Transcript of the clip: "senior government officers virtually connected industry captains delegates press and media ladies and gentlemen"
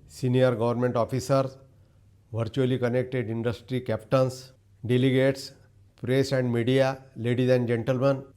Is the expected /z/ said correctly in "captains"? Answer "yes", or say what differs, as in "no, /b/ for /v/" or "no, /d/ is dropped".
no, /s/ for /z/